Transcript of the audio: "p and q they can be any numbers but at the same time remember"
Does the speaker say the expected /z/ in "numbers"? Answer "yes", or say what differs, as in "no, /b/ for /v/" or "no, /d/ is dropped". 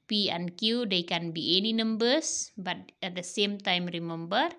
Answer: no, /s/ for /z/